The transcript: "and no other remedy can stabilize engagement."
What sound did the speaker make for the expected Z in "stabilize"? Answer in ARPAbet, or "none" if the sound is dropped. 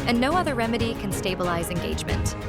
Z